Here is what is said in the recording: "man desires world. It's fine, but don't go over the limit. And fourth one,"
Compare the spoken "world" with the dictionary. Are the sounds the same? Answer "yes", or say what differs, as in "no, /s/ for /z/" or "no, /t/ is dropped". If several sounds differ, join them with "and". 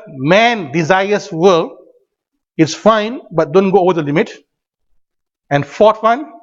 no, /d/ is dropped